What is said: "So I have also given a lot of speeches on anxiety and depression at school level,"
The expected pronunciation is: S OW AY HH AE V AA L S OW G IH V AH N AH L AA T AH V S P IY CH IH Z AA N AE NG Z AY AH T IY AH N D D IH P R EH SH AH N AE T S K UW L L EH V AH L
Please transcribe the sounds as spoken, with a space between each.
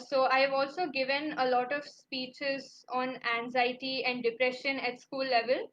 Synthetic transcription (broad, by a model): S OW AY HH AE V AA L S OW G IH V AH N AH L AA T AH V S P IY CH IH Z AA N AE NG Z AY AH T IY AH N D D IH P R EH SH AH N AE T S K UW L L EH V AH L